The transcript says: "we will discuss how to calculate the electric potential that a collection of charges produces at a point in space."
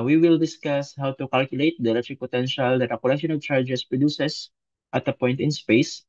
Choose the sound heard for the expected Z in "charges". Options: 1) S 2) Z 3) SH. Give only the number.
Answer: 1